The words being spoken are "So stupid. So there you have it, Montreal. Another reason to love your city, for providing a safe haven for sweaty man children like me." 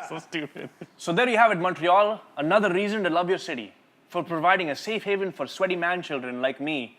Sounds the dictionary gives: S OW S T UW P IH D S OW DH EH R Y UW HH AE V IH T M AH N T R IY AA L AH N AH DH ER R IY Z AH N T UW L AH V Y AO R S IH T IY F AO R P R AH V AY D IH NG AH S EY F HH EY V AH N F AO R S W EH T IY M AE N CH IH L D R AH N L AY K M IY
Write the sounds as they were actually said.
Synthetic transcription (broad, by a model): S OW S T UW P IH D S OW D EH R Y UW HH AE V IH T M AH N T R IY AA L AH N AH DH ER R IY Z AH N T UW L AH V Y AO R S IH T IY F AO R P R AH V AY D IH NG AH S EY F HH EY V AH N F AO R S W EH T IY M AE N CH IH L D R AH N L AY K M IY